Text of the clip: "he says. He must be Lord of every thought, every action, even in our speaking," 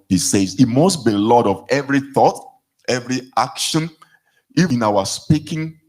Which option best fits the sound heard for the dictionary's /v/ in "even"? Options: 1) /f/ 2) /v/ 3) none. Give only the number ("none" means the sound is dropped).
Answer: 3